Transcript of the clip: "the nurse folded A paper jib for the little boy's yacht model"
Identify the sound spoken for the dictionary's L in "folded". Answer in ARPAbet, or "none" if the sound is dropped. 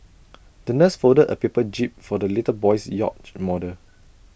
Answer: none